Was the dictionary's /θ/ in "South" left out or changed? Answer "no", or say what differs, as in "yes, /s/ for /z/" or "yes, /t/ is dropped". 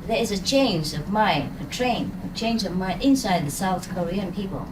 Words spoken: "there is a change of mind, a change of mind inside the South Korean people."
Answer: no